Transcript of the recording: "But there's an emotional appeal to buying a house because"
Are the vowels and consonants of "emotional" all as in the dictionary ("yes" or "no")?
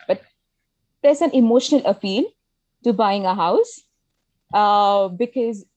yes